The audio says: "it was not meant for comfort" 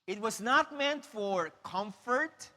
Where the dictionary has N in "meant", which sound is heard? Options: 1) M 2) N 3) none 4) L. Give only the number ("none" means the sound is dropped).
2